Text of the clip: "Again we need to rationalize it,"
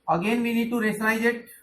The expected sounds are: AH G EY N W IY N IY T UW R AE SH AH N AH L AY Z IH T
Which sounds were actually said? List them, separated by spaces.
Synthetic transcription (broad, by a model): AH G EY N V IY N IY T UW R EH S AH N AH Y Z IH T